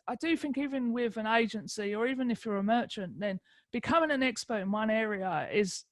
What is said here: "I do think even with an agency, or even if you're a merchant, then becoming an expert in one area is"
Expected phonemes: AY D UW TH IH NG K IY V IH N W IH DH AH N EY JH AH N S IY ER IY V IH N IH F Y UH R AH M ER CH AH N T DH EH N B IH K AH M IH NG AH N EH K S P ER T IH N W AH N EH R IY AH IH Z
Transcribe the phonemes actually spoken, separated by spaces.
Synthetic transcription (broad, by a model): AY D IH TH IH NG K IY V IH N W IH DH AH N EY JH AH N S IY ER IY V IH N IH F Y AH R AH M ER CH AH N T DH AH N B IH K AH M IH NG AH N EH K S P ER T IH N W AH N EH R IY AH IH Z